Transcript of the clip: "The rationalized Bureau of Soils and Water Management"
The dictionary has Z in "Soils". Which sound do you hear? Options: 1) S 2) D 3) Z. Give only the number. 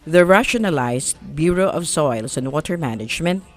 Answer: 1